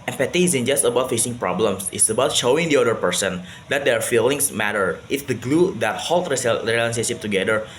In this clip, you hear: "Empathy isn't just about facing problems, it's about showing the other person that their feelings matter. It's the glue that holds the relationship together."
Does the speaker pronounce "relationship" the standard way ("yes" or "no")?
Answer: no